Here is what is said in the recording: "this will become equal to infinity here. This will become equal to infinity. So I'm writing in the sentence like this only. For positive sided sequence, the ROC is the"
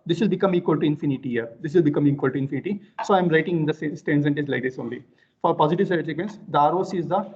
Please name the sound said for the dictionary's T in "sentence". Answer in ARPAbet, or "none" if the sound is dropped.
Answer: S